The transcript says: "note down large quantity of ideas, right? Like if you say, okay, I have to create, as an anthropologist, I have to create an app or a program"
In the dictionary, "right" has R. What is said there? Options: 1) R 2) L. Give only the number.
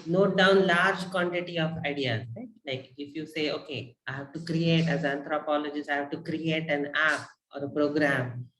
2